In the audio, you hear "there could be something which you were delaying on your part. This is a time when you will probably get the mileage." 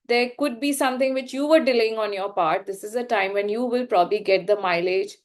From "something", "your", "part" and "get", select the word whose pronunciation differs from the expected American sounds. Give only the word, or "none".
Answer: something